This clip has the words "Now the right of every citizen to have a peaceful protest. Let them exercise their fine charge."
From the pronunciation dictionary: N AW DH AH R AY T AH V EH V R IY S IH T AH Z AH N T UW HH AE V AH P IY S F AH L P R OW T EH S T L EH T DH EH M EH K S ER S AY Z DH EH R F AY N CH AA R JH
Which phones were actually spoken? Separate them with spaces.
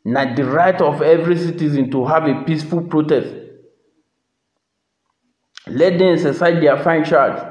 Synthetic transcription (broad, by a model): N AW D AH R AY T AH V EH V R IY S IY T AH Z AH N T UW HH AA V AH P IY S F AH L P R OW T EH S T L EH T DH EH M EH S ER S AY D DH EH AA F AY N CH AA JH